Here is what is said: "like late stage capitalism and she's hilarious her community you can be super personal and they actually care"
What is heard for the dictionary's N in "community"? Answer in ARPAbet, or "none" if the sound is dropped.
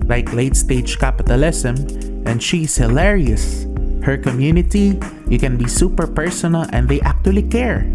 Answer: N